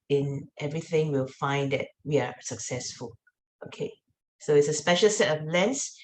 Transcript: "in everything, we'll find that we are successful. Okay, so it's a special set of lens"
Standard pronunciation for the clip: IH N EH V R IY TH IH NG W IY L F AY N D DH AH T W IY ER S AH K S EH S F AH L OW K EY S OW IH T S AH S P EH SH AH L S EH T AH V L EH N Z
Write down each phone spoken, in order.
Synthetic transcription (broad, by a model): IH N EH V R IY TH IH NG W IY L F AY N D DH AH T W IY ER S AH K S EH S F AH L OW K EY S OW IH T S AH S P EH SH AH L S EH T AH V L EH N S